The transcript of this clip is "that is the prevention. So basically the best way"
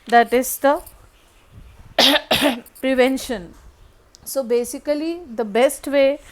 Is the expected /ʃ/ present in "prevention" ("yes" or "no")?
yes